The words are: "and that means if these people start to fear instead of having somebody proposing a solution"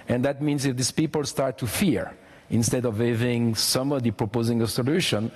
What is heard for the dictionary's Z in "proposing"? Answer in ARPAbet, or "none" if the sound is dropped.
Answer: Z